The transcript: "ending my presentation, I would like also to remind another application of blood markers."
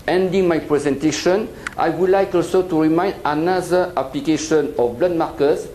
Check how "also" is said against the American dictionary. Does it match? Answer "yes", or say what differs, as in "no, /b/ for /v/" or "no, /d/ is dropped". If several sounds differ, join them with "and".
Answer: yes